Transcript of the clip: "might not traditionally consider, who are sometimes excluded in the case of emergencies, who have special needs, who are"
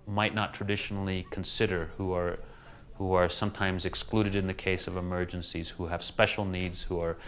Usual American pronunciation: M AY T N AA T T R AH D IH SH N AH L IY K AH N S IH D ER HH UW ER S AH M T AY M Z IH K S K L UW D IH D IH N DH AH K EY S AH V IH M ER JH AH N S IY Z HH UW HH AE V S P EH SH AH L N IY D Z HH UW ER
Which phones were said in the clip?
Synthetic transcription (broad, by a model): M AY T N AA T T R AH D IH SH N L IY K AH N S IH D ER HH UW ER S AH M T AY M Z IH K S K L UW D IH D IH N DH AH K EY S AH V IH M ER JH AH N S IY Z HH UW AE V S P EH SH L N IY D Z HH UW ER